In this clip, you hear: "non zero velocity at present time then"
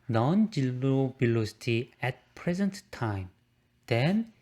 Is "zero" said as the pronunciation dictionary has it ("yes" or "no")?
no